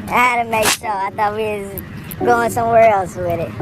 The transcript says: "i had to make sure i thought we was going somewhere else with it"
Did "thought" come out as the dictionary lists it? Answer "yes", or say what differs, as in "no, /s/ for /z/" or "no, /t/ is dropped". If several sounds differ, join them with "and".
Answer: yes